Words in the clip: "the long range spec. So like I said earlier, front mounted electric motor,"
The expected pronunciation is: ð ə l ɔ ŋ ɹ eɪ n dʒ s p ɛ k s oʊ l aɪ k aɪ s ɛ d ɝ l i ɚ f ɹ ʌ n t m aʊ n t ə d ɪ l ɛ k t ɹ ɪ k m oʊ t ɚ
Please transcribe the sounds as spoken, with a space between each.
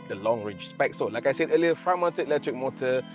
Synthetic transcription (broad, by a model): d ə l ɔ ŋ ɹ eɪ dʒ s p ɛ k s oʊ l aɪ k aɪ s ɛ d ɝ l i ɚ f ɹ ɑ m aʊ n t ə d ɪ l ɛ k t ɹ ɪ k m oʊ t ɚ